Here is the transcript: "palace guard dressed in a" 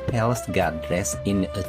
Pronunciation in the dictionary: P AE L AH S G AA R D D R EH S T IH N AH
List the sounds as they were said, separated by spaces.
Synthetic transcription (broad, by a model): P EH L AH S G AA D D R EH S IH N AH